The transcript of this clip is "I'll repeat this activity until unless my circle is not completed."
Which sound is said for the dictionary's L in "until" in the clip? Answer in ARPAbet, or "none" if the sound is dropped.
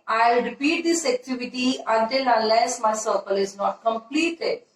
N